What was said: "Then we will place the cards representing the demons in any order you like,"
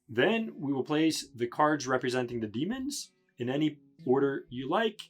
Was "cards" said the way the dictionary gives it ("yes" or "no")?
yes